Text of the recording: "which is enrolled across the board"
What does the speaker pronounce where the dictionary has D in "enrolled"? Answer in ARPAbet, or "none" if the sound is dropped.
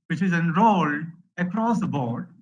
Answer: none